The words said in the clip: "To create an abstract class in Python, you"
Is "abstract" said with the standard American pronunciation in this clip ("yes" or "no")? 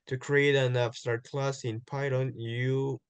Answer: no